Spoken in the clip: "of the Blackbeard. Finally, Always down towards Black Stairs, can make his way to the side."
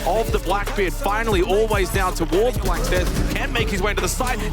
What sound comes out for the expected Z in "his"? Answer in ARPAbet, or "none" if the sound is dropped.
Z